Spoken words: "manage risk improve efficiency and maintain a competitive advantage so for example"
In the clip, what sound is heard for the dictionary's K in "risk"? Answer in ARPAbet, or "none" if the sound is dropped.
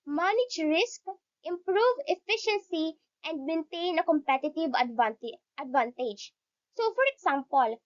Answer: K